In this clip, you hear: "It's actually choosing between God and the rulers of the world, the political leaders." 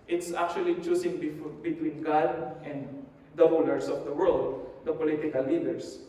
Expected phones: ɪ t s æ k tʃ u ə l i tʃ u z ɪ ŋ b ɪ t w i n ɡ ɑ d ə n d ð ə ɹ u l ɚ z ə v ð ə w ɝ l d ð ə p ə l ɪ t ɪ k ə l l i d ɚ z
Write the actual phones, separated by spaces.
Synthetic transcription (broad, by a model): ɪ t s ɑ k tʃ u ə l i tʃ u s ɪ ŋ b ɪ t w i n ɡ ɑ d ə n d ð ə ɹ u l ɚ s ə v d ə w ɝ l d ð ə p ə l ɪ t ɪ k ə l l i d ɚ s